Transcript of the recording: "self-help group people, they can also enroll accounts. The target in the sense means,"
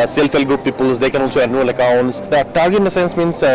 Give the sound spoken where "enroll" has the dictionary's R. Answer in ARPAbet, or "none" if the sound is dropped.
none